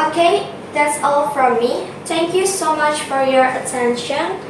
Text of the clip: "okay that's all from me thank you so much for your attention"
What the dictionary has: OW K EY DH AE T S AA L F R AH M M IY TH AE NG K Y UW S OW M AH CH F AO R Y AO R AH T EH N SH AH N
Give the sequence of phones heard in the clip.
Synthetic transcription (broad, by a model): OW K EY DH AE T S AA L F R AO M M IY T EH NG K Y UW S OW M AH CH F AO R Y AO R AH T EH N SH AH N